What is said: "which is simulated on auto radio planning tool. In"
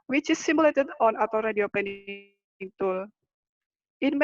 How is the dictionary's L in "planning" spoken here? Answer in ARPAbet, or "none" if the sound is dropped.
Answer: none